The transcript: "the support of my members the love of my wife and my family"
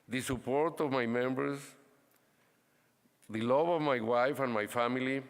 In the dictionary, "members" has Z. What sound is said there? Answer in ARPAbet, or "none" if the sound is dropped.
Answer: S